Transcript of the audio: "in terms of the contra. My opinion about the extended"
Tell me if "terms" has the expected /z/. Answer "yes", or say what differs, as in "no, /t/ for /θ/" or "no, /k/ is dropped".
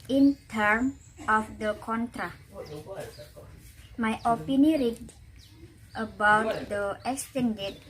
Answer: no, /z/ is dropped